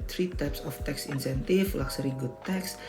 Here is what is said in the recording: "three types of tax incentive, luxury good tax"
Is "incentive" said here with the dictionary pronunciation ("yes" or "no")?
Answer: no